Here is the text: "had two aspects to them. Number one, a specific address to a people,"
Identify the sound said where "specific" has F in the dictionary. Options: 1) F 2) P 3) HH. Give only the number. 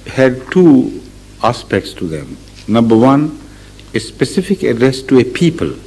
1